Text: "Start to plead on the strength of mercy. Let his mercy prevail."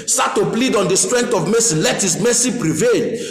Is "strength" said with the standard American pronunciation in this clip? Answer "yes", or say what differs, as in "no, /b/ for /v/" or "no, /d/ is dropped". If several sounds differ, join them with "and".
no, /t/ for /θ/